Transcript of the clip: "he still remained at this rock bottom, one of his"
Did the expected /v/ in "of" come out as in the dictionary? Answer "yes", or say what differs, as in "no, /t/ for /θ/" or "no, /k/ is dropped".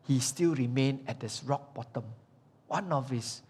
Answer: no, /f/ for /v/